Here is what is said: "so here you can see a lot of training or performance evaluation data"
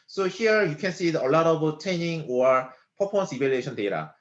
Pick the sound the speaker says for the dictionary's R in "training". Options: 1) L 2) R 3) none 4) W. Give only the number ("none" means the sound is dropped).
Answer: 3